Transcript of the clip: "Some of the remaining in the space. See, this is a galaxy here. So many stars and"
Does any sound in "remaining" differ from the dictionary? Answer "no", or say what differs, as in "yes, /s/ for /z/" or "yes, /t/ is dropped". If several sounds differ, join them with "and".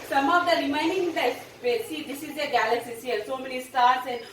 yes, /n/ is dropped